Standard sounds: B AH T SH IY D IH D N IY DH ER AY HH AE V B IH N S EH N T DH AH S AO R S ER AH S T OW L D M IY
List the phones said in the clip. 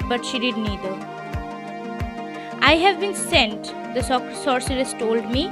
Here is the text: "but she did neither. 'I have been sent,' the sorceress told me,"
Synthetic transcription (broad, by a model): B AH T SH IY D IH D N IY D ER AY HH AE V B IH N S EH N T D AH S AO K S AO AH S T OW L D M IY